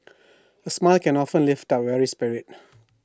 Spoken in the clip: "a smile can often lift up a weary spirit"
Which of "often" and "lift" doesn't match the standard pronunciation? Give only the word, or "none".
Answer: none